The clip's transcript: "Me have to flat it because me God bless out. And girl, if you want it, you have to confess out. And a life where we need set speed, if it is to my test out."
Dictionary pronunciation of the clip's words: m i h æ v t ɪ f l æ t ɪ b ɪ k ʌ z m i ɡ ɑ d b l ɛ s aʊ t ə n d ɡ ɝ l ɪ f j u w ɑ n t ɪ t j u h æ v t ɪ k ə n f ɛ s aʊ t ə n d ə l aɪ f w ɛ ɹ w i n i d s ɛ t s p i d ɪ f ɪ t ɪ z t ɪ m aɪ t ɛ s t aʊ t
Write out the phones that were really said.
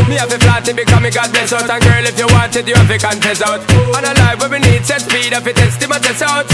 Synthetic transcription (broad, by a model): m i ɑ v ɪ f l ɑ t ɪ b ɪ k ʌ m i ɡ ɑ d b ɛ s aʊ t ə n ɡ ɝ l ɪ f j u w ɑ n t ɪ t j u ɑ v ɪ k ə n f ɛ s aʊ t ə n ə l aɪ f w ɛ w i n i d s ɛ t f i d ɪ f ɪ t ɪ s t ɪ m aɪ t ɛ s aʊ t